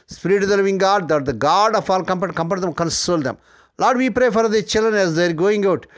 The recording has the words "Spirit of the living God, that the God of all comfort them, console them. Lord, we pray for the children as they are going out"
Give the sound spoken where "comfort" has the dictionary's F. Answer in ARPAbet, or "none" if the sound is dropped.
P